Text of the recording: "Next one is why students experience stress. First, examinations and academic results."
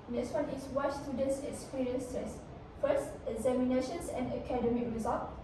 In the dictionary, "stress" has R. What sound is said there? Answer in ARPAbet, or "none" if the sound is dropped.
none